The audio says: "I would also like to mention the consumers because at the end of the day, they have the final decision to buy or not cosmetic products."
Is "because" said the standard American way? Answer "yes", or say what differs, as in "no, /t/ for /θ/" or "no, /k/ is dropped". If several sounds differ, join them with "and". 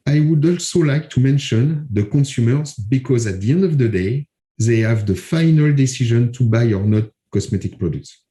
yes